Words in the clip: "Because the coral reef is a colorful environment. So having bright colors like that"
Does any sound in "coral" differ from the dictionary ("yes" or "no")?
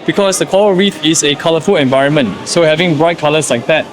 yes